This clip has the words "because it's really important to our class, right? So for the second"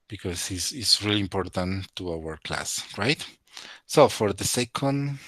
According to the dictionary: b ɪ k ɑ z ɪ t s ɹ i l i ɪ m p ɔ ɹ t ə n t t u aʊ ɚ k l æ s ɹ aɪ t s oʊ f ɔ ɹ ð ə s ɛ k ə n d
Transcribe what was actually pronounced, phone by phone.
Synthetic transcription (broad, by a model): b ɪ k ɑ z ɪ s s ɹ i l i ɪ m p ɔ ɹ t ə n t t u aʊ ɚ k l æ s ɹ aɪ t s oʊ f ɔ ɹ ð ə s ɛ k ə n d